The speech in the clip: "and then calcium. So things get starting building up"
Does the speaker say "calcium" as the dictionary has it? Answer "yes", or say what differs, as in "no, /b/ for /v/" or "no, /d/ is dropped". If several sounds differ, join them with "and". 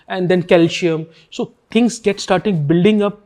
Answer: no, /ʃ/ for /s/